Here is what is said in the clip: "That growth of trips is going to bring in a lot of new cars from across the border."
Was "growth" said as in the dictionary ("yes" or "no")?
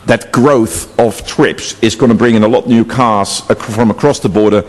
yes